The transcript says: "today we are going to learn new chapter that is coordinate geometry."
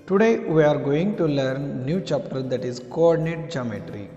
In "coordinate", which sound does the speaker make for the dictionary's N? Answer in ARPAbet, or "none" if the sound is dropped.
N